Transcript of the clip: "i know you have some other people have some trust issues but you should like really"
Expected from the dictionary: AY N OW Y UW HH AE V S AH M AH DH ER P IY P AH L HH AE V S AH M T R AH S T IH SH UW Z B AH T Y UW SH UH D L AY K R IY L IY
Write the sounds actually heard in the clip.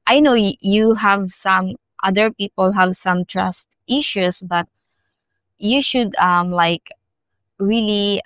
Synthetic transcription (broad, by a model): AY N OW Y UW HH AE V S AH M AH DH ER P IY P AH L HH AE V S AH M T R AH S T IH SH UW S B AH T Y UW SH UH D L AY K R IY L IY